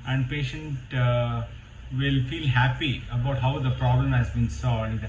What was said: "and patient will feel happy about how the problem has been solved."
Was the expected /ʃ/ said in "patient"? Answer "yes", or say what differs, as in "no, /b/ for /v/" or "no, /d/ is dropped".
yes